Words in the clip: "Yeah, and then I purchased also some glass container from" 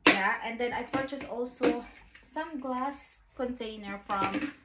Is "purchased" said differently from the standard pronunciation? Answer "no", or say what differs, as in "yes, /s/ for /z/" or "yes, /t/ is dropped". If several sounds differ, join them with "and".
yes, /t/ is dropped